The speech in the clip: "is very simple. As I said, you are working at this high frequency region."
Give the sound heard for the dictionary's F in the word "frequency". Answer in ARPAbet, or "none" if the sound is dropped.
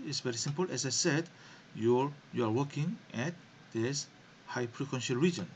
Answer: P